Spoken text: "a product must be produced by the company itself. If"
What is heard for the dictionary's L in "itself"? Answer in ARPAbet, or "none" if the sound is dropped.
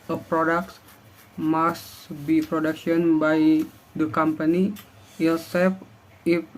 none